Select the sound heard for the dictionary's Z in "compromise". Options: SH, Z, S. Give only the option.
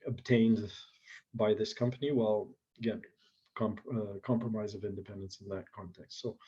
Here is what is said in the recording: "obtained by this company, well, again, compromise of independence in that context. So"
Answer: Z